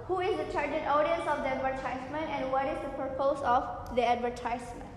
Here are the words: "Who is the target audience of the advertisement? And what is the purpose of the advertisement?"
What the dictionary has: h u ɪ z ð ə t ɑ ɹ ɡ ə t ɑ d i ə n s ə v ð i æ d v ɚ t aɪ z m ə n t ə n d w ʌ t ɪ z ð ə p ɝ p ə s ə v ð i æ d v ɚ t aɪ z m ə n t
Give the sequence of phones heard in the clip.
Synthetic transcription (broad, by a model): h u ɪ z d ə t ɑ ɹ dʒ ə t ɑ d i ə n s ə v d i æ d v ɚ t aɪ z m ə n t ə n d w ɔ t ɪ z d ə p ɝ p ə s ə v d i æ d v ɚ t aɪ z m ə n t